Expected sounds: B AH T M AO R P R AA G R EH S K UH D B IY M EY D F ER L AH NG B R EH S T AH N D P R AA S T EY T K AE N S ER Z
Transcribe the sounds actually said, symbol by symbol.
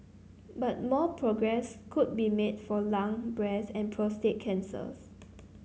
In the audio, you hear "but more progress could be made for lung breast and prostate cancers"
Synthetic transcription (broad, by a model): B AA T M AO P R AA G R EH S K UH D B IY M EY D F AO L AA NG B R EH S AH N P R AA S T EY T K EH N S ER S